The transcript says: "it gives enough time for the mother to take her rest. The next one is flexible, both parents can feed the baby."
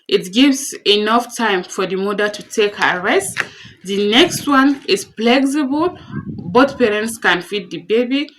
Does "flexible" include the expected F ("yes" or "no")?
no